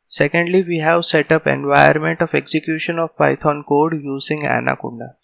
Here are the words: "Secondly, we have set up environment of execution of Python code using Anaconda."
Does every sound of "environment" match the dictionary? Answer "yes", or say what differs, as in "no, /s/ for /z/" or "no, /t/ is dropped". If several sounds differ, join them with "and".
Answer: no, /ɹ/ is dropped